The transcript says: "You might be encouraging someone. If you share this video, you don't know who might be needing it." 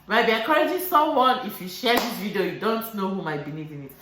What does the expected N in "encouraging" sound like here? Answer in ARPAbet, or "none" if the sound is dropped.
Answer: none